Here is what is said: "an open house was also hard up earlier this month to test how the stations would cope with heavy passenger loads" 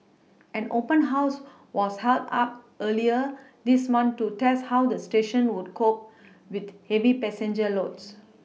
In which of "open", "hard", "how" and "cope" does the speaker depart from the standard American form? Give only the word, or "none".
hard